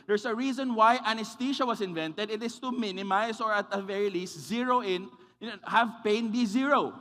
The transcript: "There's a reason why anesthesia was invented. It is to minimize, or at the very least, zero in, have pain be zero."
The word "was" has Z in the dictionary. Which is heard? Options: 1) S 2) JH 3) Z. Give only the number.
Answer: 1